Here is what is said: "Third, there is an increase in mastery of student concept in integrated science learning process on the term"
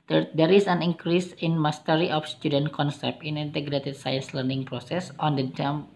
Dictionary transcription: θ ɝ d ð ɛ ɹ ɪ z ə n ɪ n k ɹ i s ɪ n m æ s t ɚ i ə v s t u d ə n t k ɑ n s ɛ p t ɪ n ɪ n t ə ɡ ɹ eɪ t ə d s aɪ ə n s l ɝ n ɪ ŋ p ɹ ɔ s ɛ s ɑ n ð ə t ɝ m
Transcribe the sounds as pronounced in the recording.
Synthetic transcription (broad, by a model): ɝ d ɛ ɹ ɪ s ə n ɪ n k ɹ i s ɪ n m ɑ s t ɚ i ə f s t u d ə n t k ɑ n s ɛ p ɪ n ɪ n t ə ɡ ɹ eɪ t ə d s aɪ ə n s l ɝ n ɪ ŋ p ɹ ɔ s ɛ s ɑ n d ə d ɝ m